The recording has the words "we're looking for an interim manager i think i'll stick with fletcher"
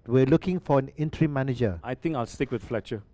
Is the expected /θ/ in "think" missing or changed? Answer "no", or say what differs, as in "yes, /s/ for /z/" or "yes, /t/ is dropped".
yes, /t/ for /θ/